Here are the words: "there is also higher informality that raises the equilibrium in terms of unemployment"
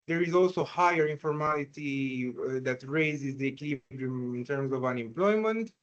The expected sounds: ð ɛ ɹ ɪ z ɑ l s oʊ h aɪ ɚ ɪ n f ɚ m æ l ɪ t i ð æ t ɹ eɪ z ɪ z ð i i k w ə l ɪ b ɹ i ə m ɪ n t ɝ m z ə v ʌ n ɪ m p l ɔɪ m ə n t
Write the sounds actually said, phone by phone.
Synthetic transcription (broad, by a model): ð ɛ ɹ ɪ z ɑ l s oʊ h aɪ ɚ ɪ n f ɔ m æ l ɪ t i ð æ t ɹ eɪ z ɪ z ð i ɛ k l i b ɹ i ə m ɪ n t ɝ m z ə v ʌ n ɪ m p l ɔɪ m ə n t